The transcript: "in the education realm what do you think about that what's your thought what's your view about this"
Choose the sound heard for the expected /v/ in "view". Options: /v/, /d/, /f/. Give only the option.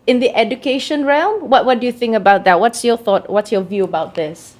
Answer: /v/